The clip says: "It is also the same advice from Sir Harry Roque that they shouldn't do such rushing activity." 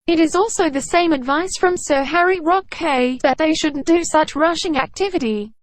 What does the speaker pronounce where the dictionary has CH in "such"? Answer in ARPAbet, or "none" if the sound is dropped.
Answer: CH